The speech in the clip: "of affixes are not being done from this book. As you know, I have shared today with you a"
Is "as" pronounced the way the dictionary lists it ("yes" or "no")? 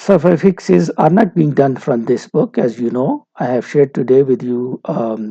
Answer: yes